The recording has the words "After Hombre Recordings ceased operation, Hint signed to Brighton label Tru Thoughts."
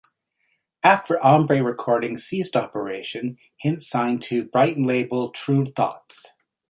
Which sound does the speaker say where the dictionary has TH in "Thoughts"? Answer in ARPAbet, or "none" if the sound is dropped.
TH